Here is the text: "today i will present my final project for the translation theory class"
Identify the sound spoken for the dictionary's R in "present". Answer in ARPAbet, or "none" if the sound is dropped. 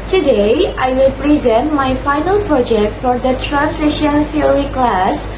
R